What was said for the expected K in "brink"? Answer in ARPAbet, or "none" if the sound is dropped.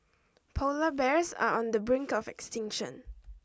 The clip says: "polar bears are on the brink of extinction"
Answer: K